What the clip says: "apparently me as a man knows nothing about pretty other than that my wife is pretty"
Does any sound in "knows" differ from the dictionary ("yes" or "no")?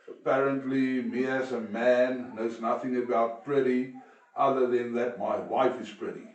no